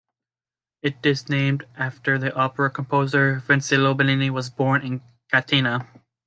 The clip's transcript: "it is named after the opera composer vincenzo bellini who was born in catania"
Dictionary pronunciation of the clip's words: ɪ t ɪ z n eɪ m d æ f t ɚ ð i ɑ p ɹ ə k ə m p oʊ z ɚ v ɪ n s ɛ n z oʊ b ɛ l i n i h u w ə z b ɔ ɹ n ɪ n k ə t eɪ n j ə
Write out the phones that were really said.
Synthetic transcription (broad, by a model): ɪ t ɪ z n eɪ m d æ f t ɚ ð i ɑ p ɹ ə k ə m p oʊ z ɚ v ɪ n s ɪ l oʊ b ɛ n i n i w ə z b ɔ ɹ n ɪ n k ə t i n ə